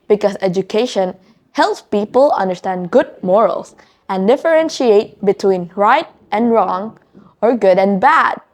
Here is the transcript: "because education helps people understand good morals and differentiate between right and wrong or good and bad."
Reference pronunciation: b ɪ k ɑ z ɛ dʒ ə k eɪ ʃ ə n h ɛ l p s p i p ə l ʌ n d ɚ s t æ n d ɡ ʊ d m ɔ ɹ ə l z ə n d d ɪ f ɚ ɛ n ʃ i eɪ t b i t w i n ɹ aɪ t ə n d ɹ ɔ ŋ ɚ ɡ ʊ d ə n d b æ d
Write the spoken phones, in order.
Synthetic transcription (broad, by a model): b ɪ k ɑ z ɛ dʒ ə k eɪ ʃ ə n h ɛ l p s p i p ə l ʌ n d ɚ s t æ n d ɡ ʊ d m ɔ ɹ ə l s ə n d d ɪ f ɚ ɛ n ʃ i eɪ t b i t w i n ɹ aɪ t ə n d ɹ ɔ ŋ ɚ ɡ ʊ d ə n b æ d